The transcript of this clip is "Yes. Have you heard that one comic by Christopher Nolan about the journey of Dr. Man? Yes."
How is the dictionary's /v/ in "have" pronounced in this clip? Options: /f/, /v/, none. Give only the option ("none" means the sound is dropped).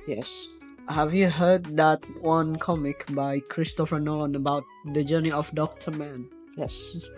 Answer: /v/